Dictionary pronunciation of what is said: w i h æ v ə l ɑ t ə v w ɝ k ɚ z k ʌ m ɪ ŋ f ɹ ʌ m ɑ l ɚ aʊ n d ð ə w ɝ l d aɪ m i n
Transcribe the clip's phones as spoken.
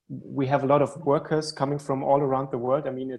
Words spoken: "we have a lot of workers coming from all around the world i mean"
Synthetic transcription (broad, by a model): w i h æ v ə l ɑ t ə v w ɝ k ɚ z k ʌ m ɪ ŋ f ɹ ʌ m ɑ l ɚ aʊ n d ð ə w ɝ l d aɪ m i n